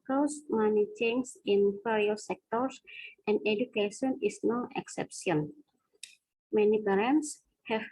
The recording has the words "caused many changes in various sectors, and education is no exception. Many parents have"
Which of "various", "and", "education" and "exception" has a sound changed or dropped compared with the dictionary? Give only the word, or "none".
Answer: various